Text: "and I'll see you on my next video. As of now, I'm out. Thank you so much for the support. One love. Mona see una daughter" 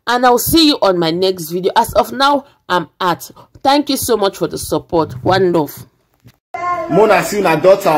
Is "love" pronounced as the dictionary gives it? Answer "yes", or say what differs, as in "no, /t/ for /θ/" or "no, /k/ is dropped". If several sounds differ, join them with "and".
no, /f/ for /v/